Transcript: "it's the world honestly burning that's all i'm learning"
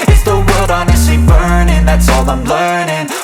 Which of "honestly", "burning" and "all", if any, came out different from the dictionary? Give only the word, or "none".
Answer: honestly